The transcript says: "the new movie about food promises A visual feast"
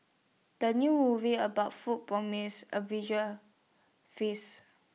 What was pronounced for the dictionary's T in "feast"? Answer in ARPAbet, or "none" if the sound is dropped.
none